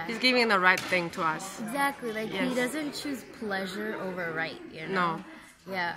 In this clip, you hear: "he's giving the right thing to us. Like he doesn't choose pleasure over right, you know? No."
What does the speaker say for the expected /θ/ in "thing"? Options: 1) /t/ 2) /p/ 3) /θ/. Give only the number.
3